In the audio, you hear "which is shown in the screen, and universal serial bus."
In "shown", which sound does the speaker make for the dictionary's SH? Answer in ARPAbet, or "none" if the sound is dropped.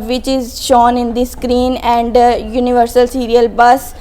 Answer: SH